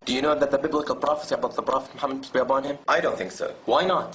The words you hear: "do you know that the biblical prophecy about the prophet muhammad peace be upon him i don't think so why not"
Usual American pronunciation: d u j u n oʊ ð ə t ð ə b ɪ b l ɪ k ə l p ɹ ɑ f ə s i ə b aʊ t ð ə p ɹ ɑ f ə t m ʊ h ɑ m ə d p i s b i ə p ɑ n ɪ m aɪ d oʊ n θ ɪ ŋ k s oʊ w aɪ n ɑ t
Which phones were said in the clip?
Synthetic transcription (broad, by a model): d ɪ j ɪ n oʊ ð ə t ð ə b ɪ b l ɪ k ə l p ɹ ɑ f ə s i ə b aʊ t ð ə p ɹ ɑ f ə t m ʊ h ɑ m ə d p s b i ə b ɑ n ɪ m aɪ d oʊ n θ ɪ ŋ k s oʊ w aɪ n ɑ t